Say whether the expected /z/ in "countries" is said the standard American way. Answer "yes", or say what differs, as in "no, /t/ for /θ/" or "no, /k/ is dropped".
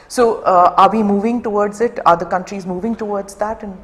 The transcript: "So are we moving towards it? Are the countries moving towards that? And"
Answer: yes